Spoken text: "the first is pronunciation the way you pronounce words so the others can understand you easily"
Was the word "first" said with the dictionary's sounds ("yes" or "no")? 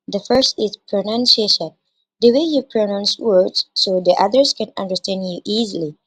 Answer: yes